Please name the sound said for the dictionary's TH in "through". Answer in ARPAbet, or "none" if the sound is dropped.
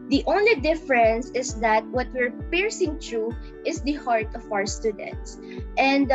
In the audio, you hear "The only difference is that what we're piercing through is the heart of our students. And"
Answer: T